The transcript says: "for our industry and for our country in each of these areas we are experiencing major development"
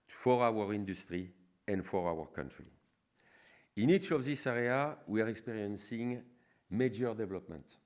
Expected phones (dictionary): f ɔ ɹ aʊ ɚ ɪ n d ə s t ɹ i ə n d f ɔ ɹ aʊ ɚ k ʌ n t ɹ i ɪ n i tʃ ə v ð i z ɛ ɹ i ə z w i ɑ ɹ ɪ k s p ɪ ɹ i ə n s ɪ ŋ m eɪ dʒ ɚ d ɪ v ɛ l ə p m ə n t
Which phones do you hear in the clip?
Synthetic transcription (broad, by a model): f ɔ ɹ aʊ ɚ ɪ n d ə s t ɹ i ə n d f ɔ ɹ aʊ ɚ k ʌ n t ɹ i ɪ n i tʃ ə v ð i s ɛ ɹ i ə w i ɑ ɹ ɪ k s p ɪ ɹ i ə n s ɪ ŋ m eɪ dʒ ɚ d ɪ v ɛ l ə p m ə n t